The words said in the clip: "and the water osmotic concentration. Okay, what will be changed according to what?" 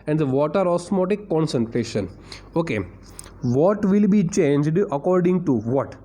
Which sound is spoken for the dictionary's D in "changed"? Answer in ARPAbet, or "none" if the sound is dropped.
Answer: D